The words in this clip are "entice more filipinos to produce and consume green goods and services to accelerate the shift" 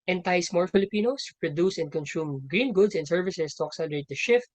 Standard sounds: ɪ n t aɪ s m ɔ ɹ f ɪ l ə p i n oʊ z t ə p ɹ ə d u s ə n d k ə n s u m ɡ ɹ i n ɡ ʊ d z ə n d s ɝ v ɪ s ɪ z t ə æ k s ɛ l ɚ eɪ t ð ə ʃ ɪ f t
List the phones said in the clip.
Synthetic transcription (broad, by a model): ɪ n t aɪ s m ɔ ɹ f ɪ l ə p i n oʊ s p ɹ ə d u s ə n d k ə n s u m ɡ ɹ i n ɡ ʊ d s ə n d s ɝ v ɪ s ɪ s t ə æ k s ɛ l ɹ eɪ t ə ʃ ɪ f t